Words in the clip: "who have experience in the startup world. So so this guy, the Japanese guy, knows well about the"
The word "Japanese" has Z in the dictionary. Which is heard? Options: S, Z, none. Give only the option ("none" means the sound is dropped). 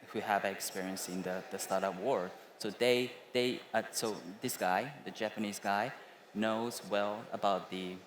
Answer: Z